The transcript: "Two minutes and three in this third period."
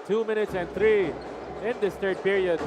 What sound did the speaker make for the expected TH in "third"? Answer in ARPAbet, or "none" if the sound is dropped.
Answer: T